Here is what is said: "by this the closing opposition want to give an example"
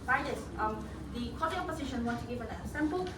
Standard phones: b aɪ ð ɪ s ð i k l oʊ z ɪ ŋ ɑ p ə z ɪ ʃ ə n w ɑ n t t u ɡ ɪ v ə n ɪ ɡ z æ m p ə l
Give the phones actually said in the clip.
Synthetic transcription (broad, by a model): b aɪ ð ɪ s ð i k oʊ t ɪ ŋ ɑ p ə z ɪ ʃ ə n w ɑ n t t u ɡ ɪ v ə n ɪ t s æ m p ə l